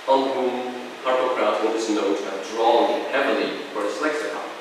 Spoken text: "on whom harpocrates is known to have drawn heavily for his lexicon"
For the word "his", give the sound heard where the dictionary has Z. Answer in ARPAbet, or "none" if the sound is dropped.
S